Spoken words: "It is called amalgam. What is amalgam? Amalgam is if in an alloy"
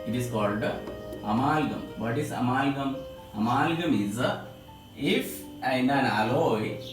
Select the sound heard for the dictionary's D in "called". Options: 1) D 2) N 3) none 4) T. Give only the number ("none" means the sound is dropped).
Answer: 1